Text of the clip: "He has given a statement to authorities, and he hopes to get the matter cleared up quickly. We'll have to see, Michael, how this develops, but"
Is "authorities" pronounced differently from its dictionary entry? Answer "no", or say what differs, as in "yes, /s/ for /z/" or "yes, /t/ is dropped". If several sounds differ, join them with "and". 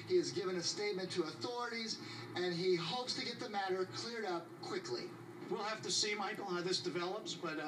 no